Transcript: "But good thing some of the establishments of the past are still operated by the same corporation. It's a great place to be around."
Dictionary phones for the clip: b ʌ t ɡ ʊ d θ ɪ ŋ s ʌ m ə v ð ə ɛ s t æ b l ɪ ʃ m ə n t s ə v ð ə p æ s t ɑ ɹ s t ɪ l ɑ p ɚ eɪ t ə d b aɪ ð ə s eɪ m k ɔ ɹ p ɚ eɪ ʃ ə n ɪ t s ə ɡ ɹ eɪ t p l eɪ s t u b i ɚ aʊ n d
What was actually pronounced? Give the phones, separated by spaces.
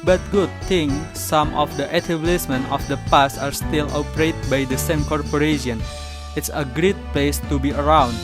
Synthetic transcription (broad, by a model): b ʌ t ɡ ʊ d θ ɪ ŋ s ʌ m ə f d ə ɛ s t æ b l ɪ s m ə n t ə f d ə p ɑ s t ɑ ɹ s t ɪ l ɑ p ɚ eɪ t b aɪ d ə s eɪ m k ɔ ɹ p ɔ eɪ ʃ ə n ɪ t s ə ɡ ɹ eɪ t p l eɪ s t u b i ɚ aʊ n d